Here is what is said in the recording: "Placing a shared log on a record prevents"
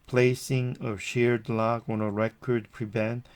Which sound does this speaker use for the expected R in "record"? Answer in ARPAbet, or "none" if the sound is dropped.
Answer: R